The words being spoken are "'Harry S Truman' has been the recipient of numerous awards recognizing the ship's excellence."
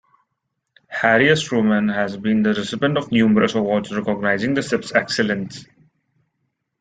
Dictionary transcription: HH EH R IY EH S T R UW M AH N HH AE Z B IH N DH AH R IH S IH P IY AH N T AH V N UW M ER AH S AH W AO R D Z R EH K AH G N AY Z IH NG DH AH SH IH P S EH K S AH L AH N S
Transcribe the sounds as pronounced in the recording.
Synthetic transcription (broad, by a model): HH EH R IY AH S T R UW M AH N HH AE Z B IH N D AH R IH S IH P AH N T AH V N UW M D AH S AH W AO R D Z R EH K AH G N AY Z IH NG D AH S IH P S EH K S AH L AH N S